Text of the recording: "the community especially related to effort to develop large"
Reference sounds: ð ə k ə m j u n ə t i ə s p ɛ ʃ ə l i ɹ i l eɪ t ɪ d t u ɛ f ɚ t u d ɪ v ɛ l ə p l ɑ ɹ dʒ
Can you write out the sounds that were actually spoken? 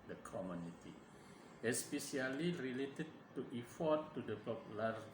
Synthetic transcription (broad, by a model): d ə k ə m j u n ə t i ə s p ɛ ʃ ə l i ɹ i l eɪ t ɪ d t u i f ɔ t u d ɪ p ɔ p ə l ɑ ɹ